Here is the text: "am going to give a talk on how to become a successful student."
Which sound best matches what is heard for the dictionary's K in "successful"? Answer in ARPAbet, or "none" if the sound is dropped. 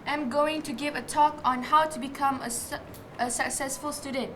K